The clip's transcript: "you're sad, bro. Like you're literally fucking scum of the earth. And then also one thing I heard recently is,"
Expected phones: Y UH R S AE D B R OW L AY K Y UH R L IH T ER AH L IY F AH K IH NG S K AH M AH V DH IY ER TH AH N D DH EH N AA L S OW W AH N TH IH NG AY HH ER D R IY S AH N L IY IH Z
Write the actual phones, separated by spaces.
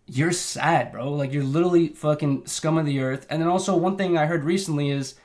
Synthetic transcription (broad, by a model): Y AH R S AE D B R OW L AY K Y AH R L IH T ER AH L IY F AH K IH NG S K AH M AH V DH IY ER TH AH N DH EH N AA L S OW W AH N TH IH NG AY HH ER D R IY S N L IY IH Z